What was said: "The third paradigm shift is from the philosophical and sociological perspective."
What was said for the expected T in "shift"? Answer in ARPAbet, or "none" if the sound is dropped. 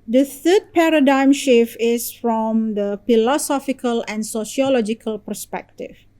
none